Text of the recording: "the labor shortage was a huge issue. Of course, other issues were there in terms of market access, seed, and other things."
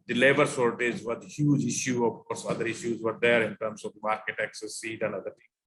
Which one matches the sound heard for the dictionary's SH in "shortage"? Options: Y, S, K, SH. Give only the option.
S